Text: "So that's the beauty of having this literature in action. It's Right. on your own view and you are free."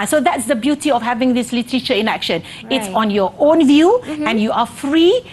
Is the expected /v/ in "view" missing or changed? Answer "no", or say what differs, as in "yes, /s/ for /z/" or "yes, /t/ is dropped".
no